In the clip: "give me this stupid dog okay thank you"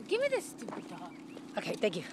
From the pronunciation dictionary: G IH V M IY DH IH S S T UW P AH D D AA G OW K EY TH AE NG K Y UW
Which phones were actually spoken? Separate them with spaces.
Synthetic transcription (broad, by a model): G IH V M IY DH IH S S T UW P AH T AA OW K EY T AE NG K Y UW